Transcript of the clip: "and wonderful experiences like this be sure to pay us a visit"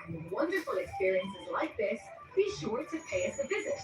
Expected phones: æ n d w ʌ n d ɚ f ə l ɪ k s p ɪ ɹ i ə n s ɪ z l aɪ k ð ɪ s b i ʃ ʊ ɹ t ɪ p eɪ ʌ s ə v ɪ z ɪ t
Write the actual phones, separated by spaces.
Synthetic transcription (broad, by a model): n w ʌ n d ɚ f ə l ɪ k s p ɪ ɹ i ə n s ɪ z l aɪ k ð ɪ s b i ʃ ʊ ɹ t ɪ p eɪ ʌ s ə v ɪ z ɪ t